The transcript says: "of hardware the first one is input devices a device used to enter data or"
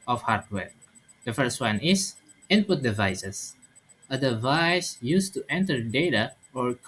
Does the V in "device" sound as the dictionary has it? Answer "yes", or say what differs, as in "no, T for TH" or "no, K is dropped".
yes